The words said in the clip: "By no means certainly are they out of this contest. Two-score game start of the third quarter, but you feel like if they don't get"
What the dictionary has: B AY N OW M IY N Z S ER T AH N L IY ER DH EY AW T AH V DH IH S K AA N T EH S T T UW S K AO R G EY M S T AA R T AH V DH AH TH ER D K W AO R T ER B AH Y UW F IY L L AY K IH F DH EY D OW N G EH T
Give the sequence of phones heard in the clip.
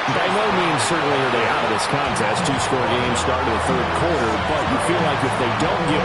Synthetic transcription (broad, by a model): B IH N OW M IY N S ER T N L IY ER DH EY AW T AH V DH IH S K AA N T EH S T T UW S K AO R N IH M S T AA R T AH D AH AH TH ER D K W AO R T ER B AH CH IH F IY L L AY K IH F DH EY D OW N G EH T